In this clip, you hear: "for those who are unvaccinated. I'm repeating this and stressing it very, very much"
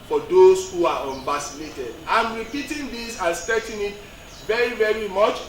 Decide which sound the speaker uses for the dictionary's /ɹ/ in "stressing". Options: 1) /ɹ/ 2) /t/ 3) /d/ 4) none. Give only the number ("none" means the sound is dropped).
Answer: 4